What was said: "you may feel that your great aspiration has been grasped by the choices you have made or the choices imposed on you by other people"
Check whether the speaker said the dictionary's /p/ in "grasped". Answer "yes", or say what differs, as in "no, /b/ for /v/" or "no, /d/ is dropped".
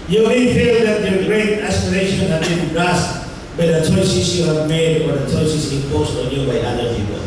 no, /p/ is dropped